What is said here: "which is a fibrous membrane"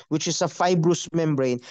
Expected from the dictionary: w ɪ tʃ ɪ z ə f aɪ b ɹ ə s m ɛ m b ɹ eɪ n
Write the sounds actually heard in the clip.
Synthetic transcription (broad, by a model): w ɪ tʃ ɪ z ə f aɪ b ɹ ə s m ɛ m b ɹ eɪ n